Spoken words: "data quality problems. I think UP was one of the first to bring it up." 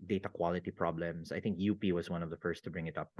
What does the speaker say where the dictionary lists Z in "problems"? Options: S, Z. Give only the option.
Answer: S